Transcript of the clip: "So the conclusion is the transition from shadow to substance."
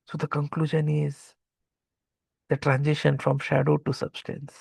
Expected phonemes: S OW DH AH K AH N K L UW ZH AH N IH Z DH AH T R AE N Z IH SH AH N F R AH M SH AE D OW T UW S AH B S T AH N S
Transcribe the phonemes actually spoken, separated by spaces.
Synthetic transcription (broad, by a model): S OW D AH K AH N K L UW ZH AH N IH Z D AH T R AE N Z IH SH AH N F R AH M SH AE D OW T UW S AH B S T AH N S